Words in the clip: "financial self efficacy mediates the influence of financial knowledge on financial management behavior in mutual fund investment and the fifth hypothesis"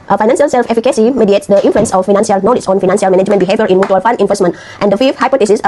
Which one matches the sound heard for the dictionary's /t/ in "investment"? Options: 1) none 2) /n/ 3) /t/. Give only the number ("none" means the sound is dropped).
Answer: 3